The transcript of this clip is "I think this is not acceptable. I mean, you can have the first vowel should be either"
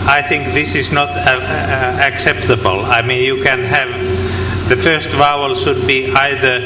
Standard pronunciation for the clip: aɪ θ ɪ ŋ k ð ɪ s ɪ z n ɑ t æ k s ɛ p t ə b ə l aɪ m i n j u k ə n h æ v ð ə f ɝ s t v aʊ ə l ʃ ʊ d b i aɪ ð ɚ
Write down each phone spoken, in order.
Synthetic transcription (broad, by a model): aɪ θ ɪ ŋ k ð ɪ s ɪ z n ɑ t æ k s ɛ p t ə b ə l aɪ m i n j u k ə n h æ v ð ə f ɝ s t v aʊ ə l ʃ ʊ d b i aɪ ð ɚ